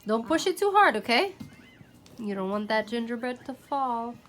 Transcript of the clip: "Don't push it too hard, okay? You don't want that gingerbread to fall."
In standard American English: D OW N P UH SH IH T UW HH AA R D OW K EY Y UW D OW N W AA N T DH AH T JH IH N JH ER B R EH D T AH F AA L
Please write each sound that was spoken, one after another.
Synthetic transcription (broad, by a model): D OW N P UH SH IH T UW HH AA R D OW K EY Y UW D OW N W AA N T DH AH T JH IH N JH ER B EH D T AH F AA L